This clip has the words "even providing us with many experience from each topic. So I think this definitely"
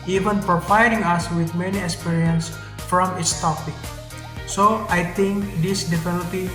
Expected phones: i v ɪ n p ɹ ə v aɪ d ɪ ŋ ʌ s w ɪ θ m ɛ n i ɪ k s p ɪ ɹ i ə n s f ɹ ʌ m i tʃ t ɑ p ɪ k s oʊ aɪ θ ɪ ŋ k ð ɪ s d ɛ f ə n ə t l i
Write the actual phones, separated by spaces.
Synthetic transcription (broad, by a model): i v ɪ n p ɹ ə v aɪ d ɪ ŋ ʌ s w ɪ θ m ɛ n i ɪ k s p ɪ ɹ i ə n s f ɹ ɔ m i s t ɑ p ɪ k s oʊ aɪ t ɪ ŋ k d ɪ s d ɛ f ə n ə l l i